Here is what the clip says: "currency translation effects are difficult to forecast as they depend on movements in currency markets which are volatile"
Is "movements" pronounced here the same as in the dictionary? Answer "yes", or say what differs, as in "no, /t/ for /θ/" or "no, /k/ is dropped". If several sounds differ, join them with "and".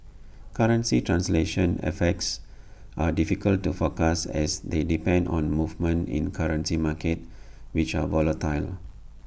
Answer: no, /s/ is dropped